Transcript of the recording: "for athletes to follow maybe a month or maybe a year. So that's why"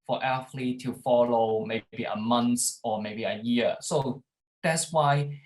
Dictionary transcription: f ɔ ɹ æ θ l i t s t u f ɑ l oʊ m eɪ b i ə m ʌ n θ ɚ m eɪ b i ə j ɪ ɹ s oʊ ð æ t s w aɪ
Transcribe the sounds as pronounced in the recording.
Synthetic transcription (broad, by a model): f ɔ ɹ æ f l i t t u f ɑ l oʊ m eɪ b i ə m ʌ n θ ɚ m eɪ b i ə j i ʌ s oʊ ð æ t s w aɪ